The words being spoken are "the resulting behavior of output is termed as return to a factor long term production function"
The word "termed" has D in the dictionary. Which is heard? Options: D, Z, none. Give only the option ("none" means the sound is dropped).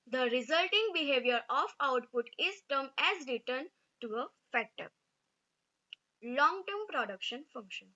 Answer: none